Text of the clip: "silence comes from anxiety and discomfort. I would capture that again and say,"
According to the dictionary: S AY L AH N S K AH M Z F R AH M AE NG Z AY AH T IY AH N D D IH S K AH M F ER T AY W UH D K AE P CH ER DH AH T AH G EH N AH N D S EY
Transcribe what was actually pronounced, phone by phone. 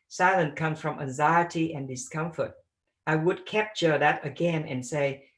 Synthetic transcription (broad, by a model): S AY L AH N K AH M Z F R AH M AE NG Z AY AH T IY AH N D D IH S K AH M F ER T AY W UH D K AE P CH ER DH AH T AH G EH N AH N S EY